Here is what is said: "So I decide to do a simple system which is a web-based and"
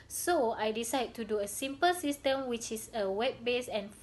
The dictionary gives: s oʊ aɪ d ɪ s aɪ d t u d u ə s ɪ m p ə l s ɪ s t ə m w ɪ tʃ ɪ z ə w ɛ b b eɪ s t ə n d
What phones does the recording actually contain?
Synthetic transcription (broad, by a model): s oʊ aɪ d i s aɪ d t u d u ə s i m p ə l s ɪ s t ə m w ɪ tʃ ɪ s ə w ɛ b b eɪ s ə n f